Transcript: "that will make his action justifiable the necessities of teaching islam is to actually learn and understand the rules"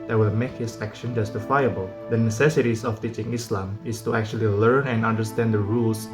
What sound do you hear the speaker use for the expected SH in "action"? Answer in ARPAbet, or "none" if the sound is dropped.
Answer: SH